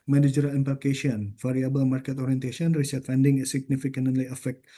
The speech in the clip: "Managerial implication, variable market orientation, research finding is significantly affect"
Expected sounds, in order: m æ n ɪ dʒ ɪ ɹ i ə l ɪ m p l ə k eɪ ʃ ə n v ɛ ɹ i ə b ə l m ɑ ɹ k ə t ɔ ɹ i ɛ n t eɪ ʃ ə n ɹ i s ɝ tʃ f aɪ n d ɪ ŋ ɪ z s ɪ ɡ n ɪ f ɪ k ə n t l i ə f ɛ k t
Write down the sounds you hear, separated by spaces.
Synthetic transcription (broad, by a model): m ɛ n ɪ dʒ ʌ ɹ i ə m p ə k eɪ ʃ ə n f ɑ ɹ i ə b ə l m ɑ ɹ k ə t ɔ ɹ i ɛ n t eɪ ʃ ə n ɹ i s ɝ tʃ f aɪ n d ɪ ŋ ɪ s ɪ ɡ n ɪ f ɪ k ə n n l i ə f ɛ k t